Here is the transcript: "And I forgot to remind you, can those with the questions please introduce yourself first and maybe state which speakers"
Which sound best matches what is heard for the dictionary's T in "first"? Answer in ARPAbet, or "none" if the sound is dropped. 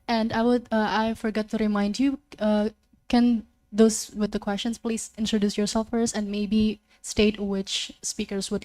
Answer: none